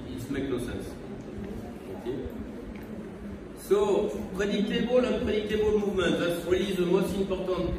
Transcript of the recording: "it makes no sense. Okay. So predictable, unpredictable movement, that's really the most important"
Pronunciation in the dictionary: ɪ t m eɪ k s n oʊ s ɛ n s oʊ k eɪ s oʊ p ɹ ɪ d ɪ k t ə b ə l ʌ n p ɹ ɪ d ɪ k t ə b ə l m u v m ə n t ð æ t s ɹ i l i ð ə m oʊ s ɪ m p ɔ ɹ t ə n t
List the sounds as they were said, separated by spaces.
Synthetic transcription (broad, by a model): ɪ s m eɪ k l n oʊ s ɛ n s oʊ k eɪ s oʊ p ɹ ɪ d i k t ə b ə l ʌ p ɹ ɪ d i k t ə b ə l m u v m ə t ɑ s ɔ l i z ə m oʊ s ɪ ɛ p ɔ ɹ t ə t